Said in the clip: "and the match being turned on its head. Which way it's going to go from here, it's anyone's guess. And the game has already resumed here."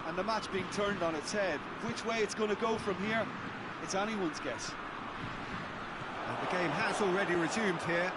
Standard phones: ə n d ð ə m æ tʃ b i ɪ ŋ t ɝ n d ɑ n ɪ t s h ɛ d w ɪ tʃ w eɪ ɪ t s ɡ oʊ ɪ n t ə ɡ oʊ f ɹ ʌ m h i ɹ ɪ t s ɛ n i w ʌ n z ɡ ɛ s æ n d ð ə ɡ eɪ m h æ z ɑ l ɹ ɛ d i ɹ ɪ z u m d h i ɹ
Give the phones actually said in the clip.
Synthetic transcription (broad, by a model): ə n ð ə m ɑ tʃ b i ɪ ŋ t ɝ n d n ɪ t s h ɛ d w ɪ tʃ w eɪ ɪ t s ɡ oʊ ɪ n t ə ɡ oʊ f ɹ ʌ m h i ɹ ɪ t s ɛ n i w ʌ n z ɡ ɛ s ð ə ɡ eɪ m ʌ z ɑ l ɹ ɛ d i ɹ ɪ z u m d h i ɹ